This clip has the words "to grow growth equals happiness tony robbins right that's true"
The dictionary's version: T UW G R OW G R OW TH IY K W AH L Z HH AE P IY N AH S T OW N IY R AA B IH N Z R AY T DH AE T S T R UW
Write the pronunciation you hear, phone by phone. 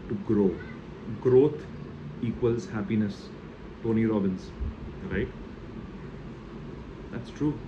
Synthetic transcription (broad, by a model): T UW G R OW G R OW T IY K W AH L Z HH AE P IY N AH S T OW N IY R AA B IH N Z R AY T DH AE T S T R UW